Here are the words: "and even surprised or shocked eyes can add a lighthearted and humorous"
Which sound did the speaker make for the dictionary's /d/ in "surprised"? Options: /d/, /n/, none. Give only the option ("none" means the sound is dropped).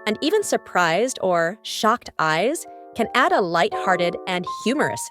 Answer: /d/